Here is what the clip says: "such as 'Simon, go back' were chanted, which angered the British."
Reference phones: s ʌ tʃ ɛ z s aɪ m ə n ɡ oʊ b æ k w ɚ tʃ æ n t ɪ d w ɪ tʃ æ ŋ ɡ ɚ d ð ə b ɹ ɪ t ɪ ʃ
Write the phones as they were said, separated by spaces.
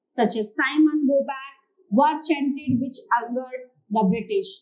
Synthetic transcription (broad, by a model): s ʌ tʃ ɛ z s aɪ m ə n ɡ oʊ b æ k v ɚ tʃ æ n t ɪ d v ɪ tʃ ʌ ɡ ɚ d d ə b ɹ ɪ t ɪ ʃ